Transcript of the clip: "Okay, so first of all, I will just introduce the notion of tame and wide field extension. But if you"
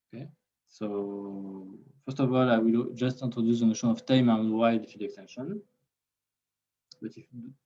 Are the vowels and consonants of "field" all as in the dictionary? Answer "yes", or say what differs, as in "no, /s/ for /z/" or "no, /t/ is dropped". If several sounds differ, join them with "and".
no, /l/ is dropped